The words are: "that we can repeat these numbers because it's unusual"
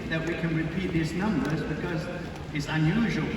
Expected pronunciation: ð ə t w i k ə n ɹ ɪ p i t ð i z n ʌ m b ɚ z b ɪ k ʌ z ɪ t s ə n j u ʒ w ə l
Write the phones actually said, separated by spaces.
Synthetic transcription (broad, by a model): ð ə t w i k ə n ɹ ɪ p i t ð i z n ʌ m b ɚ z b ɪ k ʌ z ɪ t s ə n j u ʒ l